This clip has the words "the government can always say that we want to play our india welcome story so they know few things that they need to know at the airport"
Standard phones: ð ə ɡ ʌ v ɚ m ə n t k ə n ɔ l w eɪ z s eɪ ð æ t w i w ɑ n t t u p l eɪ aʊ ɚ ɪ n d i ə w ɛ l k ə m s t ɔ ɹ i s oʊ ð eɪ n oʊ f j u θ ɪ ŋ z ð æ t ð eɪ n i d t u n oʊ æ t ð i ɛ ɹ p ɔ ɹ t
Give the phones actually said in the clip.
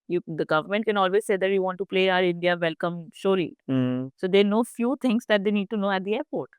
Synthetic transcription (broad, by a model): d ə ɡ ʌ v ɚ m ə n t k ə n ɔ l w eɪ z s eɪ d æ t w i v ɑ n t t u p l eɪ aʊ ɚ ɪ n d i ə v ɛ l k ə m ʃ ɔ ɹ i s oʊ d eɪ n oʊ f j u t ɪ ŋ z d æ t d eɪ n i d t u n oʊ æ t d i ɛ ɹ p ɔ ɹ t